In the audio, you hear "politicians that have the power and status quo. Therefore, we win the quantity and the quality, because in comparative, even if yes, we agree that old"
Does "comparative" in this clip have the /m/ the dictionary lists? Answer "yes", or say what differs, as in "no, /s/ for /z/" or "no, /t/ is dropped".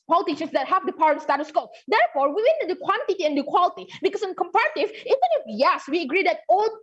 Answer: yes